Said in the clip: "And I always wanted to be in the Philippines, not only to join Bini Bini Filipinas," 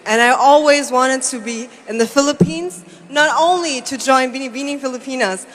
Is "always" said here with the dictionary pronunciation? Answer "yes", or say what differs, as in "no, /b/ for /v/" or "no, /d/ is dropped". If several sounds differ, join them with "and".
yes